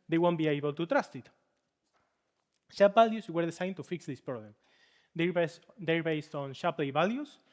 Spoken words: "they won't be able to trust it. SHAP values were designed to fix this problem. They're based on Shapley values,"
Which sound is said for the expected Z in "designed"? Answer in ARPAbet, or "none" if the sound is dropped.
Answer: S